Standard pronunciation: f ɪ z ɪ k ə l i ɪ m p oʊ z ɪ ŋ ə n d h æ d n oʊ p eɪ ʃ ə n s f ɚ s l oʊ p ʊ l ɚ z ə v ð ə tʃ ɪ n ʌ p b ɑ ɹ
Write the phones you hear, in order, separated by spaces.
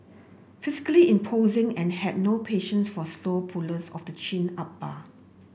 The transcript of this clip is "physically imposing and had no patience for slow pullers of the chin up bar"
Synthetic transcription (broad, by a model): f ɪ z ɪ k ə l i ɪ m p oʊ z ɪ ŋ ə n h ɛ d n oʊ p eɪ ʃ ə n s f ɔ s l oʊ p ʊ l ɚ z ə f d ə tʃ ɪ n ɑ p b ɑ